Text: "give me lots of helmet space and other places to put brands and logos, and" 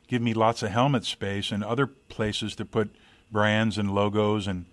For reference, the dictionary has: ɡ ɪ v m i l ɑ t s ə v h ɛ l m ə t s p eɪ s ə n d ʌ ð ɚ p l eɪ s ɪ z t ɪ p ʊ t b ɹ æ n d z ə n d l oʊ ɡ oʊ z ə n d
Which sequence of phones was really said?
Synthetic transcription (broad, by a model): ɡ ɪ v m i l ɑ t s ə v h ɛ l m ə t s p eɪ s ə n ʌ ð ɚ p l eɪ s ɪ z t ɪ p ʊ t b ɹ æ n d z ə n l oʊ ɡ oʊ z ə n